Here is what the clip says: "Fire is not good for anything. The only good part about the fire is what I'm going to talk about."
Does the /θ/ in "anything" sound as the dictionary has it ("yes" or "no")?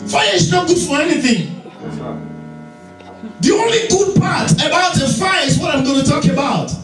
yes